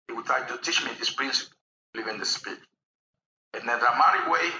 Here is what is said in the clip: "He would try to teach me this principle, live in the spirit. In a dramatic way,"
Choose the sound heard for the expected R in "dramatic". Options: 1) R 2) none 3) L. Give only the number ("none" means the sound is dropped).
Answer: 2